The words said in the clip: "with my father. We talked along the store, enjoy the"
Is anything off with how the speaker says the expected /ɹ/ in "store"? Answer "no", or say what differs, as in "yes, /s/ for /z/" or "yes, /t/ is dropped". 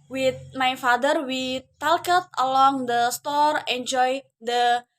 no